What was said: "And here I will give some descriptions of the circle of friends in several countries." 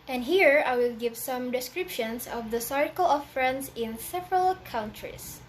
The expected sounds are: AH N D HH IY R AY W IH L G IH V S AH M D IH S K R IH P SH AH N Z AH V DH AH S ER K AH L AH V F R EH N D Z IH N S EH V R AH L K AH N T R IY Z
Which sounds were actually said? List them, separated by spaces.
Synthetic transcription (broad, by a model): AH N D HH IY R AY W IH L G IH V S AH M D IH S K R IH P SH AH N S AH V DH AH S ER K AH L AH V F R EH N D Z IH N S EH V R AH L K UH N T R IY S